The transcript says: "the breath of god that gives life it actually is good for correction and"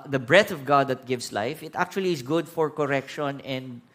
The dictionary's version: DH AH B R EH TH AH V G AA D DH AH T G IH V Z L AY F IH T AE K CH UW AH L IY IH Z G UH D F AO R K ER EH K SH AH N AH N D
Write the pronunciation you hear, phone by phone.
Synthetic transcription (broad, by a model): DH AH B R EH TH AH V G AA D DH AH T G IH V S L AY F IH T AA K CH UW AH L IY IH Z G UH D F AO R K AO EH K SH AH N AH N D